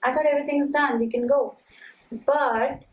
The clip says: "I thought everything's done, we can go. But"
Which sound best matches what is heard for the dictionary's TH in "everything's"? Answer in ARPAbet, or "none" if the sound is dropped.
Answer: T